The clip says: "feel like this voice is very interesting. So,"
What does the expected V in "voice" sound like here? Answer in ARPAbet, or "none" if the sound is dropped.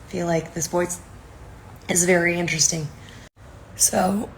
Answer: B